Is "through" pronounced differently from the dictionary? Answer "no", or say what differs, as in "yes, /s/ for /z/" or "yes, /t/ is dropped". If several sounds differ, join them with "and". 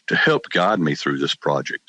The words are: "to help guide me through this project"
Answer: no